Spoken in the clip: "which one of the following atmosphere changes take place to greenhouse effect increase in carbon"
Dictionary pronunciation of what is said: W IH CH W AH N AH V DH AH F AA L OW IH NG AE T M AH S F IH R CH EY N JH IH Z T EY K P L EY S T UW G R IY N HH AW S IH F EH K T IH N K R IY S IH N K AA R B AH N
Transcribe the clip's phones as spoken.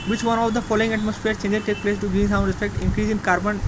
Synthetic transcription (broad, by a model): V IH CH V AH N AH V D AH F AA L OW IH NG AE T M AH S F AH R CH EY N JH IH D T EY K P L EY S T UW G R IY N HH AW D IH P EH K T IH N K R IY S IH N K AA R B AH N